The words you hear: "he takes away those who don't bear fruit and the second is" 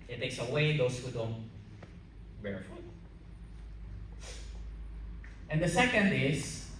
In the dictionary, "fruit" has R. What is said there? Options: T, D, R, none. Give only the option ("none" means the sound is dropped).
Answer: none